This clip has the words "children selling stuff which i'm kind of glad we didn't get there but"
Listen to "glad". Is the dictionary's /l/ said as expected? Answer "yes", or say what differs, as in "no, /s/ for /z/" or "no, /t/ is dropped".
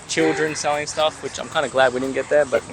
yes